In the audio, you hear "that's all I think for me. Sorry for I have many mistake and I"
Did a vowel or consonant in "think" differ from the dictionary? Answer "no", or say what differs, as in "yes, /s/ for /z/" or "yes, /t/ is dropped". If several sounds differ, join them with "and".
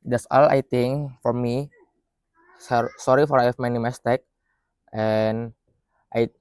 yes, /t/ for /θ/